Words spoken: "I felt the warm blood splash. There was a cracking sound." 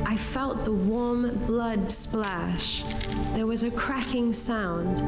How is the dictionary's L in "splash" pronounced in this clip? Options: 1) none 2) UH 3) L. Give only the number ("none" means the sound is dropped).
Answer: 3